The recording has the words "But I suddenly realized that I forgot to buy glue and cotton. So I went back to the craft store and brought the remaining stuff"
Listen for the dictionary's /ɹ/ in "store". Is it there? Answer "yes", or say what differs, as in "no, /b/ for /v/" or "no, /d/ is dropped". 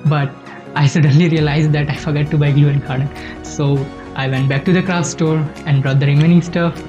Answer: yes